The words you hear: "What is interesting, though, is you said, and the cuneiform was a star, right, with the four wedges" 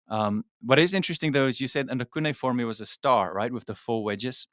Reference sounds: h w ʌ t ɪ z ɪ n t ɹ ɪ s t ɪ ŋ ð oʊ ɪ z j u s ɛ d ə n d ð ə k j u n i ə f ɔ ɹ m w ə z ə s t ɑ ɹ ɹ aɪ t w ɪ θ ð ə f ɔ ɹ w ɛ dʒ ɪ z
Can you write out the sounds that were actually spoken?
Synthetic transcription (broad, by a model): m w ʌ t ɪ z ɪ n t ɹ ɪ s t ɪ ŋ ð oʊ ɪ z j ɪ s ɛ d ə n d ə k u n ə f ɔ ɹ m w ə z ə s t ɑ ɹ ɹ aɪ t w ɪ ð ə f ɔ l w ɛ dʒ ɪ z